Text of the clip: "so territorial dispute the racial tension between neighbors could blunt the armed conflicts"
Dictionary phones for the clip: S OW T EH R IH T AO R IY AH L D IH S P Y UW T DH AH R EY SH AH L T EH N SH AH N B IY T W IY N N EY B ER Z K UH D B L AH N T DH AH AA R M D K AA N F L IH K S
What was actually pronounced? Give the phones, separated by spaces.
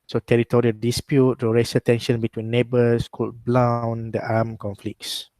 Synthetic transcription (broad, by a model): S OW T EH R IH T AO R IY AH L D IH S P Y UW T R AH R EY S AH T EH N SH AH N B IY T W IY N N EY B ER S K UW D B L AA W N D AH AA M K AA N F L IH K S